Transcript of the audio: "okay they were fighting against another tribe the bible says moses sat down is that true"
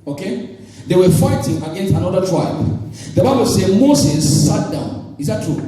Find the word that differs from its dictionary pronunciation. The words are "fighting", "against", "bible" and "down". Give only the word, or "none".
none